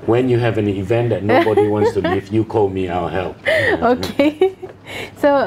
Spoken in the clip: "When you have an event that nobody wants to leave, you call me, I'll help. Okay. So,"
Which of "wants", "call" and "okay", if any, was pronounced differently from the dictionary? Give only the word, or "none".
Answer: wants